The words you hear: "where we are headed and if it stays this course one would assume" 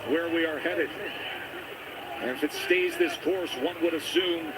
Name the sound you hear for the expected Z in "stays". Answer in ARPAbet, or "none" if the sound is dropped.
Z